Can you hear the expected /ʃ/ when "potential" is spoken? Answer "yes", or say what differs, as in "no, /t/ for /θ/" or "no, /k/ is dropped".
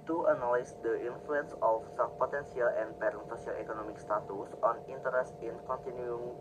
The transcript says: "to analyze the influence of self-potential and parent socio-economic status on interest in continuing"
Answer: no, /s/ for /ʃ/